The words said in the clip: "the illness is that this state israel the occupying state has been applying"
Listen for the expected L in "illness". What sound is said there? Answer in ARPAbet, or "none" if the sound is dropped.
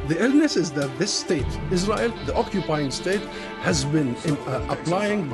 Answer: L